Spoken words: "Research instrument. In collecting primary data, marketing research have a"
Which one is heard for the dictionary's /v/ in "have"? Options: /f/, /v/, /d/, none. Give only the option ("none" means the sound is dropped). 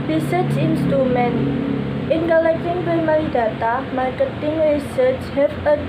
/f/